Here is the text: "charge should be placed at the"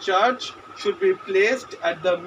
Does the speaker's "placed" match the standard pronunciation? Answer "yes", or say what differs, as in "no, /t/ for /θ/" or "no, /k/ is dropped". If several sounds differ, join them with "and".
yes